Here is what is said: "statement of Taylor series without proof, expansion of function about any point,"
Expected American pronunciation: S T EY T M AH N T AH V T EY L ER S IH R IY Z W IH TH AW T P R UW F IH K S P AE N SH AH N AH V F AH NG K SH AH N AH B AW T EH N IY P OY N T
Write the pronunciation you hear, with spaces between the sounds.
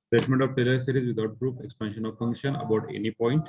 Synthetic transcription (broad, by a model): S T EY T M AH N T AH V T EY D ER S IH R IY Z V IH T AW T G R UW P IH K S P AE N SH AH N AH V F AH NG K SH AH N AH B AW T EH N IY P OY N T